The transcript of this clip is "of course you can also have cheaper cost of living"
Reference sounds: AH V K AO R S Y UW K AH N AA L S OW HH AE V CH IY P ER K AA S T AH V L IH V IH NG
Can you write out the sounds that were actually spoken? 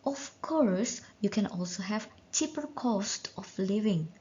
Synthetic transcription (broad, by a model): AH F K AO R S Y UW K AH N AA L S OW HH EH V CH IY P ER K AA S T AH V L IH V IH NG